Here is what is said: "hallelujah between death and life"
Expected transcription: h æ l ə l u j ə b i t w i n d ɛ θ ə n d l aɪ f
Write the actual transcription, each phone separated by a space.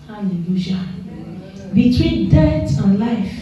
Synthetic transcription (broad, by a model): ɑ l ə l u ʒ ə b i t w i n d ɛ t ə n l aɪ f